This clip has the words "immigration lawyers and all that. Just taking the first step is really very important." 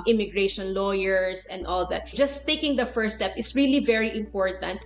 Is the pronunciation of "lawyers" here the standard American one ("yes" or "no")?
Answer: no